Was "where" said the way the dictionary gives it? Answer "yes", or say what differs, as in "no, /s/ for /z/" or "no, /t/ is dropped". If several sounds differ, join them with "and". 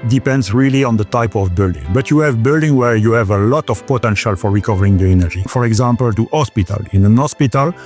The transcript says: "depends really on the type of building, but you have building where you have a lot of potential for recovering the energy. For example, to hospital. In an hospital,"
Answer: yes